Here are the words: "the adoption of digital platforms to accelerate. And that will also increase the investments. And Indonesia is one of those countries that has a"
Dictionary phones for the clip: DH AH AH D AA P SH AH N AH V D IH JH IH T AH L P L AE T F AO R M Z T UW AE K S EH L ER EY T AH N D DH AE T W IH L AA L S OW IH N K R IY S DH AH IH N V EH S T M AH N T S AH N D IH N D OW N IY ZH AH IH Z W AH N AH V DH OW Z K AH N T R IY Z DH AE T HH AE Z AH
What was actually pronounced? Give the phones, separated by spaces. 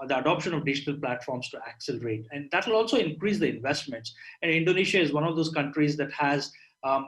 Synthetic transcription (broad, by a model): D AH AH D AA P SH AH N AH V D IH JH IH T AH L P L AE T F AO R M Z T UW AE K S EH L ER EY T AH N D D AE T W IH L AA L S OW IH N K R IY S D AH IH N V EH S T M AH N T S AH N D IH N D OW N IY SH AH IH Z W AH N AH V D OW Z K AH N T R IY Z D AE T HH AE Z